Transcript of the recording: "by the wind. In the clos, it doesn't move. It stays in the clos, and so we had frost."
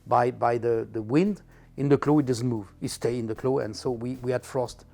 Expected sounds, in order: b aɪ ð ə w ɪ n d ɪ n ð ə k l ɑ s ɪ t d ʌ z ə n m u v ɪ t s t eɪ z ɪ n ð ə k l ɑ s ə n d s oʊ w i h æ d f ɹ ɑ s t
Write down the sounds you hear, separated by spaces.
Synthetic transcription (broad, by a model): b aɪ ð ə w ɪ n d ɪ n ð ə k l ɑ ɪ t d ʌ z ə n m u v ɪ t s t eɪ ɪ n ð ə k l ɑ ə n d s oʊ w i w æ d f ɹ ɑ s t